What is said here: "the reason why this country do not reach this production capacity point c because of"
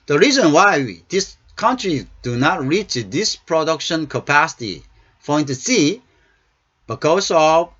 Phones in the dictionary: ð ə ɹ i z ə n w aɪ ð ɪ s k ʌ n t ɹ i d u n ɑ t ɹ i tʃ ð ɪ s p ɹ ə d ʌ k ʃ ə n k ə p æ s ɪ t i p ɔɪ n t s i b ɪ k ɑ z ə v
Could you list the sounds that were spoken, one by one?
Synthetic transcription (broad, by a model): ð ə ɹ i z ə n w aɪ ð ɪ s k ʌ n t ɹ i d u n ɑ t ɹ i tʃ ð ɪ s p ɹ ə d ʌ k ʃ ə n k ə p æ s ɪ t i f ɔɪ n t s i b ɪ k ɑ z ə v